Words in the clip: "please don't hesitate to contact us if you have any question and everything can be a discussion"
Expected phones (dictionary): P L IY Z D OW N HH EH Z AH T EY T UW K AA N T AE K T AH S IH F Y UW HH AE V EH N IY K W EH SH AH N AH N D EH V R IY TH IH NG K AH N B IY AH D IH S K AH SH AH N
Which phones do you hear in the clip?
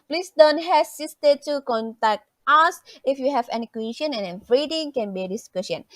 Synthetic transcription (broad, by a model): P L IY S D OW N HH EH S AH T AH T UW K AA N T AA K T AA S IH F Y UW HH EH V EH N IY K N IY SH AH N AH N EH F R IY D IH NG K AH N B IY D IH S K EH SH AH N